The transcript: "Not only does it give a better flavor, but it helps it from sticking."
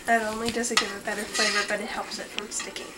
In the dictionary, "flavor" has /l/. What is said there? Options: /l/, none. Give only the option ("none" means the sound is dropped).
none